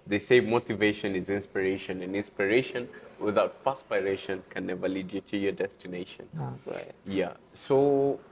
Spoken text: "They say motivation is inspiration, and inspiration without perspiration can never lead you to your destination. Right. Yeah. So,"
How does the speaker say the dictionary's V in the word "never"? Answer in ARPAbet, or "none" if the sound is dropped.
V